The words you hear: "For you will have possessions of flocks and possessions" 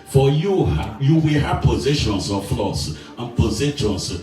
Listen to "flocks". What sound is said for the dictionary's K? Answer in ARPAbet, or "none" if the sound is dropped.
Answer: none